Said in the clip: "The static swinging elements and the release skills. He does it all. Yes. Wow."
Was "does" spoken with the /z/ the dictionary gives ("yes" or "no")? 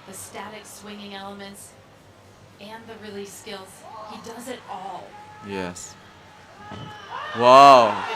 yes